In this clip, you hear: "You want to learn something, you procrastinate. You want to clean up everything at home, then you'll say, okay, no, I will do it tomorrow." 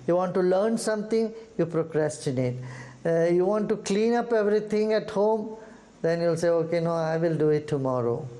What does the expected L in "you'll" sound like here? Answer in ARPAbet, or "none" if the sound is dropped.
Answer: L